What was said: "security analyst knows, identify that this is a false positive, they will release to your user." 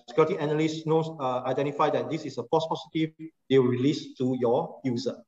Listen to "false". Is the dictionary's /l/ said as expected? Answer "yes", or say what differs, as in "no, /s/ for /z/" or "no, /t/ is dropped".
no, /l/ is dropped